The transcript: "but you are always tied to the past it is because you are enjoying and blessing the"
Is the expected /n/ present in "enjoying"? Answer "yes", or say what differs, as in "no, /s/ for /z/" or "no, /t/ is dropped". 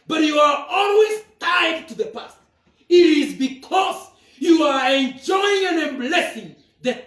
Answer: yes